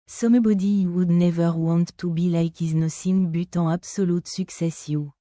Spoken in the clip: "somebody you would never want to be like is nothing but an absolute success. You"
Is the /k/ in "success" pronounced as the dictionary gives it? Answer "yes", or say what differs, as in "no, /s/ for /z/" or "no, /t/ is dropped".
yes